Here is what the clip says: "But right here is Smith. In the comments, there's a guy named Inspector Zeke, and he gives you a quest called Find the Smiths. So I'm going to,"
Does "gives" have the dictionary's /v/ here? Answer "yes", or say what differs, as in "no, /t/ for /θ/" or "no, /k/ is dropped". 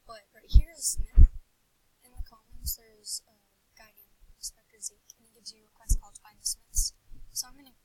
no, /v/ is dropped